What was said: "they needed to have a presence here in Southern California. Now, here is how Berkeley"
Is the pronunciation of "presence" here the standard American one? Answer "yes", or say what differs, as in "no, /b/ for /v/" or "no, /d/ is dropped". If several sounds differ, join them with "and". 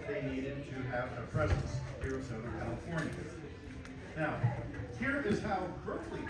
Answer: yes